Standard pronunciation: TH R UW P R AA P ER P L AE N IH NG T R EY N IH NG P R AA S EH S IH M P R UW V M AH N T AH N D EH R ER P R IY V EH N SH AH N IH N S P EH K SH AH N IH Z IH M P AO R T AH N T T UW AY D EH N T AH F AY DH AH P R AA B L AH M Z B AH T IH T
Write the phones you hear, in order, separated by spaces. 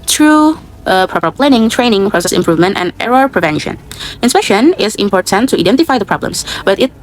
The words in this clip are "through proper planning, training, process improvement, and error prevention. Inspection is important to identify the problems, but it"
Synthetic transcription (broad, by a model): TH R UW P R AA P ER P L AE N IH NG T R EY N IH NG P R AA S EH S IH M P R UW V M AH N T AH N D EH R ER P R IY V EH N SH AH N IH N S P EH K SH AH N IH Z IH M P AO R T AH N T T UW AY D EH N T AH F AY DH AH P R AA B L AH M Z B AH T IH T